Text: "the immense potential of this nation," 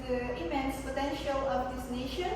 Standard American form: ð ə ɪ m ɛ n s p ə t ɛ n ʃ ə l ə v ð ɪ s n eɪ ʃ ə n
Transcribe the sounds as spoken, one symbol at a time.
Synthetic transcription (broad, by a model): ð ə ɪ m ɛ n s p ə t ɛ n ʃ ə l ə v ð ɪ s n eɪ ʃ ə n